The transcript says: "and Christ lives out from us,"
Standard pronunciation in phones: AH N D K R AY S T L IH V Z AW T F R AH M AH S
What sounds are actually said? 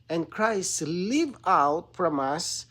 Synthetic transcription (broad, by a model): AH N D K R AY S T L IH V AW T F R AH M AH S